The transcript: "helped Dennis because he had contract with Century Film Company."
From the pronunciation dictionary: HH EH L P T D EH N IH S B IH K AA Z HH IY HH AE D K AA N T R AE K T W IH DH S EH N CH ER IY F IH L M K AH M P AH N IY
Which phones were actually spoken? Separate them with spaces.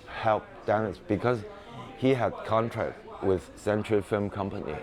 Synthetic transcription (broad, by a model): HH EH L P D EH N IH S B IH K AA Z HH IY HH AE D K AA N T R AE K T W IH DH S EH N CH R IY F IH L M K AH M P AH N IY